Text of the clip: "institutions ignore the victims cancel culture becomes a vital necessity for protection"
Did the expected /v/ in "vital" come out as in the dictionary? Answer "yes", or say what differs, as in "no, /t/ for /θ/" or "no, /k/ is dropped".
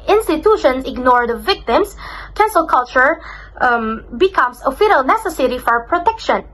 no, /f/ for /v/